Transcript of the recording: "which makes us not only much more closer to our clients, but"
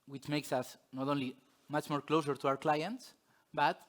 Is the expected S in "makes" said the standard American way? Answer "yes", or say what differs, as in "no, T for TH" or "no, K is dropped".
yes